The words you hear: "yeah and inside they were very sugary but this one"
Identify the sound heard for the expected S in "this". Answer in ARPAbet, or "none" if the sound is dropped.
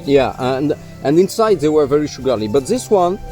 S